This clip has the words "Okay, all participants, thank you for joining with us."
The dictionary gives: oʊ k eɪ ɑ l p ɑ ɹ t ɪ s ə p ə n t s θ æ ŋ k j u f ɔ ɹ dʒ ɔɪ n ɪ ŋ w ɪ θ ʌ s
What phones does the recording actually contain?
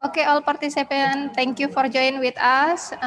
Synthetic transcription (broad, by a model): oʊ k eɪ ɑ l p ɑ ɹ t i s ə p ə n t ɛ ŋ k j u f ɔ ɹ dʒ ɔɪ ɪ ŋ w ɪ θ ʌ s